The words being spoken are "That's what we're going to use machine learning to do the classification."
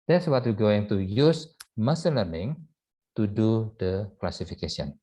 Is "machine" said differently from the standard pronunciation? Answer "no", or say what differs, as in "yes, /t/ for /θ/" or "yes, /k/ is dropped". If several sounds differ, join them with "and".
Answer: yes, /s/ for /ʃ/